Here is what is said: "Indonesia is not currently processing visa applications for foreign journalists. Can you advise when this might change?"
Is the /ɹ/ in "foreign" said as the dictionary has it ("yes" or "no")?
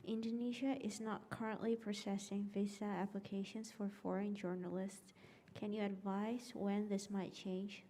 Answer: yes